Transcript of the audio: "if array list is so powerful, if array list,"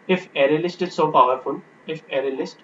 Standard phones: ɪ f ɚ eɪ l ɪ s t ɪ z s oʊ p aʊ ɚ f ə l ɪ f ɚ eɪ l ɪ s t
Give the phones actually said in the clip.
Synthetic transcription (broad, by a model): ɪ f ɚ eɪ l ɪ s t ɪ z s oʊ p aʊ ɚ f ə n ɪ f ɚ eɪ l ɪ s t